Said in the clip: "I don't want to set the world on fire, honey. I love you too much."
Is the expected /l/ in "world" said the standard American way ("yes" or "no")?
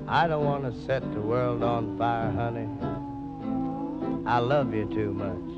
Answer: yes